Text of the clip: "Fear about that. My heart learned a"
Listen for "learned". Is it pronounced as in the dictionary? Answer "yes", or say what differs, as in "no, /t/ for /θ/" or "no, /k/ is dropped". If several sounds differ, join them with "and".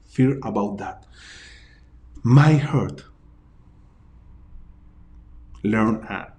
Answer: no, /d/ is dropped